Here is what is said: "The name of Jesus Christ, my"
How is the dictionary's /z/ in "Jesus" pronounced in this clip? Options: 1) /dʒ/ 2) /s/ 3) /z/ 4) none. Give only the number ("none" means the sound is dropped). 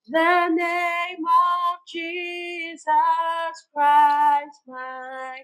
3